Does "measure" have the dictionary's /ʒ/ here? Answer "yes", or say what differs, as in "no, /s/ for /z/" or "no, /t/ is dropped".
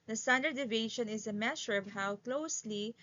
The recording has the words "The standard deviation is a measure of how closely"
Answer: no, /ʃ/ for /ʒ/